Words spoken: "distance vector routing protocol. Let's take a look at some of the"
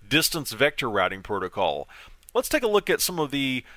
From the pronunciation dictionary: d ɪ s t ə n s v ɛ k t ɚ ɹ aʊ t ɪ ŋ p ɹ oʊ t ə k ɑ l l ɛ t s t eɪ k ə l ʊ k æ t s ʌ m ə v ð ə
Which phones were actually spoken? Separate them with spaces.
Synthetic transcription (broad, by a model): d ɪ s t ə n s v ɛ k t ɚ ɹ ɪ t ɪ ŋ p ɹ oʊ t ə k ɑ l l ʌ t s t eɪ k ə l ʊ k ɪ t s ʌ m ə v ð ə